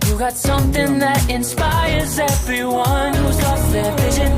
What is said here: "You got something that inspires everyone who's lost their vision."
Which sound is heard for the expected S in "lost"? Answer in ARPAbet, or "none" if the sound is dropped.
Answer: none